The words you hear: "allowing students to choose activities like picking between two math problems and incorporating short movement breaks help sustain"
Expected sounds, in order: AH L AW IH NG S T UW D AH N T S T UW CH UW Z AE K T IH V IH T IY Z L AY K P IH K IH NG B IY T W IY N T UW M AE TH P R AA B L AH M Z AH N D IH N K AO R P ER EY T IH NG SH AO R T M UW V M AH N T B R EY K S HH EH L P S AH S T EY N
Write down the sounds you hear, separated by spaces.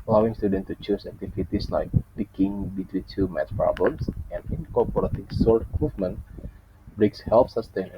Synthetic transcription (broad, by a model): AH L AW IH NG S T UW D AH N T T UW CH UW S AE K T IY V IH T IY S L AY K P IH K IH NG B IY T W IY N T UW M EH T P R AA B L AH M S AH N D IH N K AO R P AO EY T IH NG S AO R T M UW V M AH N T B R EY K S HH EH L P S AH S T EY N